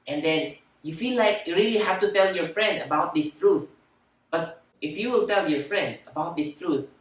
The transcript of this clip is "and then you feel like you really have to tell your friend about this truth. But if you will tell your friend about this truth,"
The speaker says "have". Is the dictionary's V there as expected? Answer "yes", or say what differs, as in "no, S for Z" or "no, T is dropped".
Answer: no, F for V